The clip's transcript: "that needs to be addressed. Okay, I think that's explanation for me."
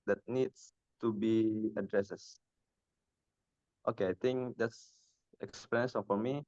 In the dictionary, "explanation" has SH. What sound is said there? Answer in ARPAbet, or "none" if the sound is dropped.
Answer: none